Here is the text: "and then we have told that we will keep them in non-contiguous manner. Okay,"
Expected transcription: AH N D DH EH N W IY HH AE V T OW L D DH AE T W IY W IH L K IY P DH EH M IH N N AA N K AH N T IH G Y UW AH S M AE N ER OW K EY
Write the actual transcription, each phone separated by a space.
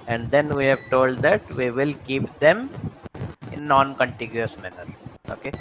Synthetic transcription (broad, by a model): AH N D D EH N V IY HH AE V T OW L D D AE T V IY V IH L K IY P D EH M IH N N AA N K AH N T IH G Y UW AH S M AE N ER OW K EY